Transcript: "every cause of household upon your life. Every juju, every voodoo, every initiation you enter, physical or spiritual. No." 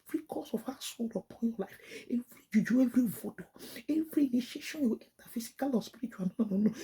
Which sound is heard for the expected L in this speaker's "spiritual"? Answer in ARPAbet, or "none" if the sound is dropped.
N